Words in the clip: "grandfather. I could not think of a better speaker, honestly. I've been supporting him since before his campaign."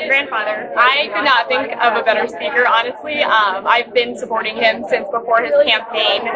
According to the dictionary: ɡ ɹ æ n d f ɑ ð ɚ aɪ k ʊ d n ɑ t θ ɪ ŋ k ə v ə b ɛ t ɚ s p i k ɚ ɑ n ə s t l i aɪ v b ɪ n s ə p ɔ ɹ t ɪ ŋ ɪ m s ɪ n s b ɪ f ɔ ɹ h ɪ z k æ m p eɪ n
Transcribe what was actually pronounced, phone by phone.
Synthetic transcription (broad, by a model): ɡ ɹ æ n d f ɑ ð ɚ aɪ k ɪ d n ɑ t θ ɪ ŋ k ə v ə b ɛ t ɚ s p i k ɚ ɑ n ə s t l i aɪ v b ɪ n s ə p ɔ ɹ t ɪ ŋ ɪ m s ɪ n s b ɪ f ɔ ɹ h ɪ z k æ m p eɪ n